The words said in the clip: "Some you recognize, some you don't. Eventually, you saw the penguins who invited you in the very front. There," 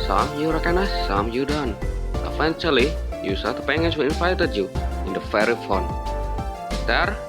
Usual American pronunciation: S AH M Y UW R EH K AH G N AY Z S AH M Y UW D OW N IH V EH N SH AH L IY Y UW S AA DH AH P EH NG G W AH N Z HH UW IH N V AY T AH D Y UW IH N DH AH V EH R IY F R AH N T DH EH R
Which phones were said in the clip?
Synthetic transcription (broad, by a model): S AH M Y UW R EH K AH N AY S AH M Y UW D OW N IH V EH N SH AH L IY Y UW S AA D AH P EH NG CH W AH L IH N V AY T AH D Y UW IH N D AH F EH R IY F AO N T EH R